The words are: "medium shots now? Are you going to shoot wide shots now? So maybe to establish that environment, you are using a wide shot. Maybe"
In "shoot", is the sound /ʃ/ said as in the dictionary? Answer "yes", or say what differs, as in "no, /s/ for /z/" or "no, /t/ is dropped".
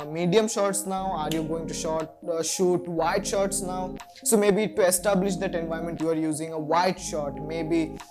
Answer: yes